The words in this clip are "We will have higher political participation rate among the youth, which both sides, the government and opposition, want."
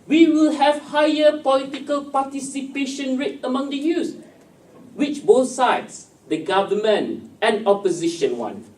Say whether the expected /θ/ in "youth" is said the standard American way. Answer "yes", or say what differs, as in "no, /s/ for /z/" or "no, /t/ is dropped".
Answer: no, /s/ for /θ/